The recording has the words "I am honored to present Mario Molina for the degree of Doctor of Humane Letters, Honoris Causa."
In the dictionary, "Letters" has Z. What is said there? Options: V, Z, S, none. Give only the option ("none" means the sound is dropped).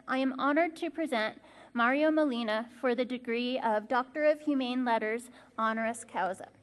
Z